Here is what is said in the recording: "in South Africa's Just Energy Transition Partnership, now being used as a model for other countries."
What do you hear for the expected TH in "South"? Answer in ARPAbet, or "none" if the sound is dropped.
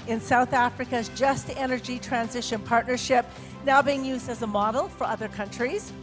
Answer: TH